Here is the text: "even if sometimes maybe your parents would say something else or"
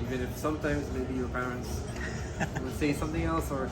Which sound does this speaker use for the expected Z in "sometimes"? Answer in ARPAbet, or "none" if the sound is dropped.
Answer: Z